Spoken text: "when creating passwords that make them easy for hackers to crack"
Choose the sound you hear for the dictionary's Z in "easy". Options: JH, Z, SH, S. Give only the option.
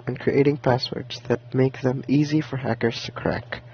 Z